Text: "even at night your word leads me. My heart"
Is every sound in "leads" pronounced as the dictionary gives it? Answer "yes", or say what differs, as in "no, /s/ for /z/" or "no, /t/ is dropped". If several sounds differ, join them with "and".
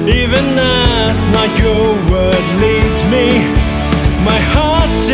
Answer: yes